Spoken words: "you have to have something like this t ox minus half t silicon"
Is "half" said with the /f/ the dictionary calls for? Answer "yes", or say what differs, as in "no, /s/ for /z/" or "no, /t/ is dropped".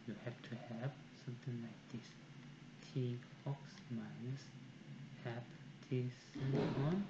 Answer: no, /p/ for /f/